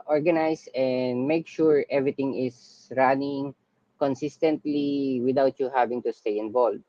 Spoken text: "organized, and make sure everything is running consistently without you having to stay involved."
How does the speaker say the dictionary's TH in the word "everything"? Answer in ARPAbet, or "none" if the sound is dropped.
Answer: T